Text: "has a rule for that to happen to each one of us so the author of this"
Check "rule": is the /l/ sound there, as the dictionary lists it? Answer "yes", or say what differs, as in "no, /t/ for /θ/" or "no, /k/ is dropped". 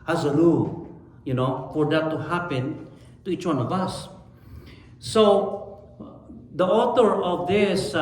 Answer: no, /n/ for /l/